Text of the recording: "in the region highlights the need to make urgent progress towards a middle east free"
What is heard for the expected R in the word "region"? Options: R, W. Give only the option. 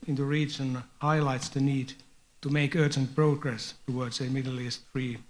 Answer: R